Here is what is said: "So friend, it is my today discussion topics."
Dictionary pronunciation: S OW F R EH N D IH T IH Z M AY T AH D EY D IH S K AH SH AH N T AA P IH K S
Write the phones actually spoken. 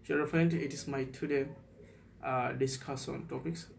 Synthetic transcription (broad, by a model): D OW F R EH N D IH T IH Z M AY T AH D EY D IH S K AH S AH N T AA P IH K S